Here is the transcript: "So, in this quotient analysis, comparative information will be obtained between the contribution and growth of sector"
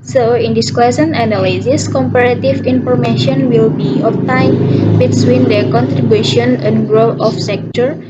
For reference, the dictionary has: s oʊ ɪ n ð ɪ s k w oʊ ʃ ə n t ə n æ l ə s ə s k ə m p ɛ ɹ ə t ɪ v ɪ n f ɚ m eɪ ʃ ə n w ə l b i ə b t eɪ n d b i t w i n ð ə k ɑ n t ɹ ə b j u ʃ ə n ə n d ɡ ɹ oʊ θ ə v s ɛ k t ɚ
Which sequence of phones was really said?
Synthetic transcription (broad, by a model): s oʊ ɪ n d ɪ s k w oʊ s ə n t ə n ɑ l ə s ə s k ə m p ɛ ɹ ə t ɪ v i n f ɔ m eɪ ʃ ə n w ə l b i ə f t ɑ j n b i s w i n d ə k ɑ n t ɹ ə b j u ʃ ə n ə n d ɡ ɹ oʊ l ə f s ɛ k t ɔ